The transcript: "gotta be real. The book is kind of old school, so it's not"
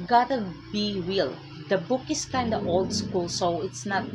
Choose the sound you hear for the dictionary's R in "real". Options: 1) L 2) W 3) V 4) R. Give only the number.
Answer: 2